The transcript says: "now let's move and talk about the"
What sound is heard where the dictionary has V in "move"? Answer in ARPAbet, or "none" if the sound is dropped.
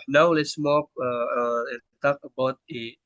P